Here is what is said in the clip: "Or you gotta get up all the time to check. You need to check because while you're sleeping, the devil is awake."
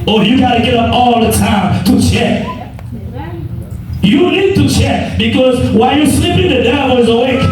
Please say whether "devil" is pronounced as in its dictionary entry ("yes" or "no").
no